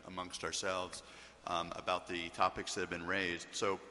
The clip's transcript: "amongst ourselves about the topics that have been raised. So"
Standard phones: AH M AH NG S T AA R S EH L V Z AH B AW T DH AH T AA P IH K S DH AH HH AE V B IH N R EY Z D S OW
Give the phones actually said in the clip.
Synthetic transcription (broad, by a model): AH M AH NG S T AA R S EH L V Z AH B AW T DH AH T AA P IH K S DH AH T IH V B IH N R EY Z D S OW